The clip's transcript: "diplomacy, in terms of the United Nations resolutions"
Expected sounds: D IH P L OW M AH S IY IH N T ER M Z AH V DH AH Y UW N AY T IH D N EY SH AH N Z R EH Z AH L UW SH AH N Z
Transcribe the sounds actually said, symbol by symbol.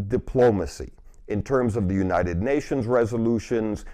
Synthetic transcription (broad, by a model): D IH P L OW M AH S IY IH N T ER M Z AH V DH AH Y UW N AY T IH D N EY SH AH N Z R EH Z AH L UW SH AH N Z